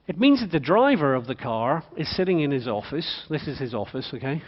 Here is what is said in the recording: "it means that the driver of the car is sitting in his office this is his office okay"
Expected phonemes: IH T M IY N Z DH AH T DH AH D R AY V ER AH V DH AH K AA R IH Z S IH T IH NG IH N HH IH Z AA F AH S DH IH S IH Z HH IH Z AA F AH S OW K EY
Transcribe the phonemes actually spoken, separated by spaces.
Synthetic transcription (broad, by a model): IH T M IY N Z DH AH T DH AH D R AY V ER AH V DH AH K AA R IH Z S IH T IH NG IH N IH Z AA F AH S DH IH S IH Z IH Z AA F AH S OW K EY